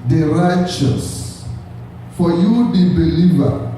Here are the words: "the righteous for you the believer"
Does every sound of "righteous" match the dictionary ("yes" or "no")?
yes